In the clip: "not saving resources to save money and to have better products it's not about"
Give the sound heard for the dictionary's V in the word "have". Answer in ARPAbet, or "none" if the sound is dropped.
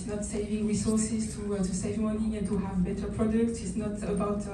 V